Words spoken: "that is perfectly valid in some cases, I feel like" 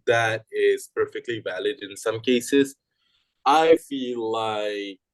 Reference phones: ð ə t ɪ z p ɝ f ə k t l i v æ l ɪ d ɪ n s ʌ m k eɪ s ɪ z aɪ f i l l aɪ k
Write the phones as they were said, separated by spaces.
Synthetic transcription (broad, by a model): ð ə t ɪ z p ɝ f ə k t l i v æ l ɪ d ɪ n s ʌ m k eɪ s ɪ z aɪ f i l l aɪ k